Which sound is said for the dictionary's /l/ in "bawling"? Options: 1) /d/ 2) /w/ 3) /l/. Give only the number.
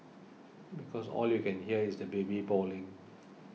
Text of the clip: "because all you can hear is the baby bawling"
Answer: 3